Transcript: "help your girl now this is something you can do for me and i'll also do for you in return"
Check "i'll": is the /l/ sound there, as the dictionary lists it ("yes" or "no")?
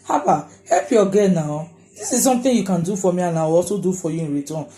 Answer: no